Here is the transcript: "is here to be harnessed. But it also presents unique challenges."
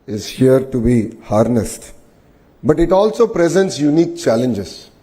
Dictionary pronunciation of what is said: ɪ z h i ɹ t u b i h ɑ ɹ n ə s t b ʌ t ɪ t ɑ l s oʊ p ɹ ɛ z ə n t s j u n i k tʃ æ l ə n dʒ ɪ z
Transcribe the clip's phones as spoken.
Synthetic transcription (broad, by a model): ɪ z h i ɹ t u b i h ɑ ɹ n ə s t b ʌ t ɪ t ɑ l s oʊ p ɹ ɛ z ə n t s j u n i k tʃ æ l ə n dʒ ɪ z